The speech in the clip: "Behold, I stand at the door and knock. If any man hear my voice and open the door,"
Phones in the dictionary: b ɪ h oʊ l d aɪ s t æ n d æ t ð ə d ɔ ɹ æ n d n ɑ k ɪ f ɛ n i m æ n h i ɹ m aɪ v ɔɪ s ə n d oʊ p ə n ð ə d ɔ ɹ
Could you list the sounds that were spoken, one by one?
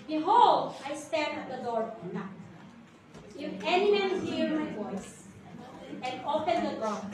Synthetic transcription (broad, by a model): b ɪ h oʊ l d aɪ s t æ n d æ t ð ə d ɔ ɹ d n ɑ ɪ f ɛ n i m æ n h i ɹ m aɪ v ɔɪ s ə n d oʊ p ə n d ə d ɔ